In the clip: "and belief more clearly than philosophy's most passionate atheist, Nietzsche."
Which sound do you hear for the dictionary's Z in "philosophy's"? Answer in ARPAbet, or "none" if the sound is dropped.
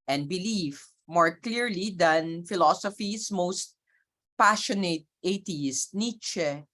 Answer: S